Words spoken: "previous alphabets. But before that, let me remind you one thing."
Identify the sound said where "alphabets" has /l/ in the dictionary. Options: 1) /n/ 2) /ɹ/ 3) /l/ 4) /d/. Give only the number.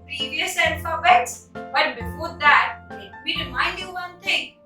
1